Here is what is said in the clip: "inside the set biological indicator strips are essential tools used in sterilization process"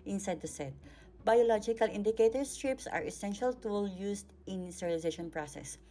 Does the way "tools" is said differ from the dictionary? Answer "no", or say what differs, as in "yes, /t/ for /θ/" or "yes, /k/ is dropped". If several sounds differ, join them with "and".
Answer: yes, /z/ is dropped